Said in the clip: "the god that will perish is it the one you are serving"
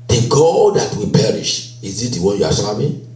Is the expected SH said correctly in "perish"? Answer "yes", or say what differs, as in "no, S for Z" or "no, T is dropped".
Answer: yes